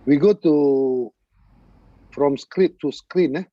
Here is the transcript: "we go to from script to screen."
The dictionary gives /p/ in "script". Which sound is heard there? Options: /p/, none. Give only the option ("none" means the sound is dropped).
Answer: none